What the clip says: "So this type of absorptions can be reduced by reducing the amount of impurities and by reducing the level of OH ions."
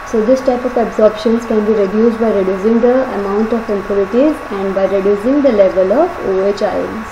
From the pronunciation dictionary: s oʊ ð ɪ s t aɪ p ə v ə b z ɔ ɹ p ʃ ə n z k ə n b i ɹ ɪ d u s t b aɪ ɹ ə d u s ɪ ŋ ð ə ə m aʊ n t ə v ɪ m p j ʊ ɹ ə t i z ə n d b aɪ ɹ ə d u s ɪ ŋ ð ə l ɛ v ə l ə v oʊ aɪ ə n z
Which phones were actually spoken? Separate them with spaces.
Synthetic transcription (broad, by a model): s oʊ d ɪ s t aɪ p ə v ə b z ɔ ɹ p ʃ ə n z k ə n b i ɹ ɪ d u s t b aɪ ɹ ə d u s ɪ ŋ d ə ə m aʊ n t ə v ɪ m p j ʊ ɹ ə t i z ə n d b aɪ ɹ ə d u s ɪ ŋ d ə l ɛ v ə l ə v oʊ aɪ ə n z